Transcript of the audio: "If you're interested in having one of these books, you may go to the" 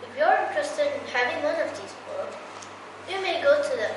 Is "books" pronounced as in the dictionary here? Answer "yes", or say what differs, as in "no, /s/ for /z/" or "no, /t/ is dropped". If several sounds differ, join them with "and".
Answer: no, /s/ is dropped